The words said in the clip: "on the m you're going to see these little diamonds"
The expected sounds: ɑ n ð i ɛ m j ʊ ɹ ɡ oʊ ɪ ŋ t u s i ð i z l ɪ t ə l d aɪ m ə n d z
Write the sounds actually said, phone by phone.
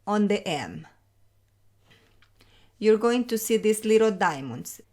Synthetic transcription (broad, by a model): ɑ n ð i ɛ m j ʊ ɹ ɡ oʊ ɪ ŋ t u s i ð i s l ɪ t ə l d aɪ m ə n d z